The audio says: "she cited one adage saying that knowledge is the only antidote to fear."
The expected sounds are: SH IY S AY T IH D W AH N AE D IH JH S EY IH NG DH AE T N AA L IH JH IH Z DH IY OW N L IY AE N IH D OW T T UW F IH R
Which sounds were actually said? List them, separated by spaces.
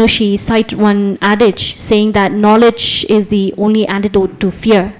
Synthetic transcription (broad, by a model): SH IY S AY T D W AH N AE D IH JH S EY IH NG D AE T N AA L IH JH IH Z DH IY OW N L IY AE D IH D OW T T UW F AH R